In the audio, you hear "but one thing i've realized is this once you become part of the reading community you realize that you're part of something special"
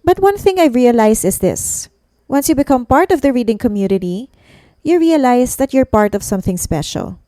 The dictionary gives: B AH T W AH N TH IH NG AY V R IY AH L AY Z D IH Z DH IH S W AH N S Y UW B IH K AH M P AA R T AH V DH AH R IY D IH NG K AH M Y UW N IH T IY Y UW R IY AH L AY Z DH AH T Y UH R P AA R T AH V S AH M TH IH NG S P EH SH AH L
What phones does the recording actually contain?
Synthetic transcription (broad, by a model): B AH T W AH N TH IH NG AY R IY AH L AY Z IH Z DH IH S W AH N S Y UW B IH K AH M P AA R T AH V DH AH R IY D IH NG K AH M Y UW N IH T IY Y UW R IY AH L AY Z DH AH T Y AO R P AA R T AH V S AH M TH IH NG S P EH SH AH L